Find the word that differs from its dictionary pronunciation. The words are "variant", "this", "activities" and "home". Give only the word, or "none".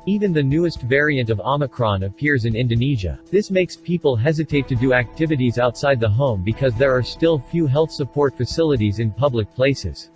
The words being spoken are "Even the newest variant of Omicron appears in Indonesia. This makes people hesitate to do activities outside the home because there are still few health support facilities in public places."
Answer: none